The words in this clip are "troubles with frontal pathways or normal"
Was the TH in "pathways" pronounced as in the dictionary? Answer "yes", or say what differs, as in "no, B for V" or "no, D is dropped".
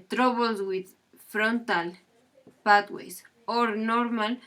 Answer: no, T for TH